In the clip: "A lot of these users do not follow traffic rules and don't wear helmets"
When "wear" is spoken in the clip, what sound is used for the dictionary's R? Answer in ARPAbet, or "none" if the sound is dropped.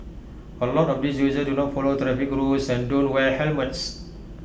L